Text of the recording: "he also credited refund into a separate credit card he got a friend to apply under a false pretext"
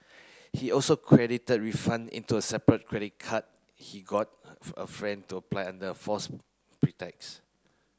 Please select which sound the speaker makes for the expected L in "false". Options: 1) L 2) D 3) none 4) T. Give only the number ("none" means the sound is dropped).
3